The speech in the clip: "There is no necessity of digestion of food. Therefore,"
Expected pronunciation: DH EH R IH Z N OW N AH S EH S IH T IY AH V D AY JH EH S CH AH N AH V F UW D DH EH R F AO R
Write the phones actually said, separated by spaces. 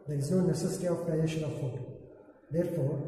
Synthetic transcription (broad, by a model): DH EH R IH Z N OW N AH S EH S IH T IY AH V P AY EH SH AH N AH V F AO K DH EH R F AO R